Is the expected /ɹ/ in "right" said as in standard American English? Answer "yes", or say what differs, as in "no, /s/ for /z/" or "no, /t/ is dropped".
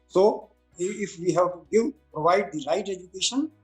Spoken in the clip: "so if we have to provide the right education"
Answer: no, /l/ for /ɹ/